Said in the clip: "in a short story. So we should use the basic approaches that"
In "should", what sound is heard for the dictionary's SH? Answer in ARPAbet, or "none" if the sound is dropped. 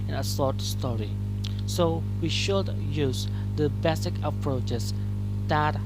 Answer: SH